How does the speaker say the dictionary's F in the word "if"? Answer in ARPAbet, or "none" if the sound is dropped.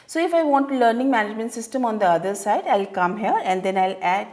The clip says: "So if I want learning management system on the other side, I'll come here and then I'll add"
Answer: F